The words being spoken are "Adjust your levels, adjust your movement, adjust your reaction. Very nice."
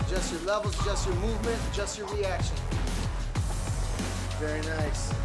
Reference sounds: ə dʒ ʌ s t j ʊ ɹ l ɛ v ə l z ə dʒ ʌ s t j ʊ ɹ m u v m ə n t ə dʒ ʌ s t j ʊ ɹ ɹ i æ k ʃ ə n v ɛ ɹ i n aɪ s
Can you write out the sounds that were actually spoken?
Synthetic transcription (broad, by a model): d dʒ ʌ s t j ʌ ɹ l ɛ v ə l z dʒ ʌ s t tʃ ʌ ɹ m u v m ə n t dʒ ʌ s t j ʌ ɹ ɹ i æ k ʃ ə n v ɛ ɹ i n aɪ s